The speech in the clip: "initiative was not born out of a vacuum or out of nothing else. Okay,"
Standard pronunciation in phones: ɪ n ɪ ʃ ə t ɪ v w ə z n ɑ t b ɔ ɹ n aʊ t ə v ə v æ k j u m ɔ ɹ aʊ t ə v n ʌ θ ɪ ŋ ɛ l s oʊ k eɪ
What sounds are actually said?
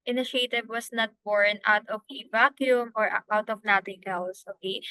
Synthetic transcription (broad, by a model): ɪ n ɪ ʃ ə t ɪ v w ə s n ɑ t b ɔ ɹ n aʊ t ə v ə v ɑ k j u m ɔ ɹ aʊ t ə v n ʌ t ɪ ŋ ɛ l s oʊ k eɪ